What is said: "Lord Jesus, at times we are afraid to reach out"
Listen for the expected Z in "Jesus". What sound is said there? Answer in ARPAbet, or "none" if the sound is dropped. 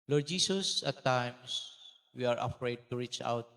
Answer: S